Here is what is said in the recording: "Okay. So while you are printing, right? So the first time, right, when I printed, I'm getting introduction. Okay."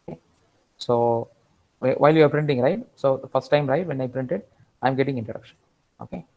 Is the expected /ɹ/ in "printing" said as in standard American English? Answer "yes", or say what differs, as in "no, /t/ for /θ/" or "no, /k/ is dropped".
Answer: yes